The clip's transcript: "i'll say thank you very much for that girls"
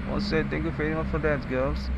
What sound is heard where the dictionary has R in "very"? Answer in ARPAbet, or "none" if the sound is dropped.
R